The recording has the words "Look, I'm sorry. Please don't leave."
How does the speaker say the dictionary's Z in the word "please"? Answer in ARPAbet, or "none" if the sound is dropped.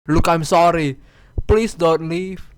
S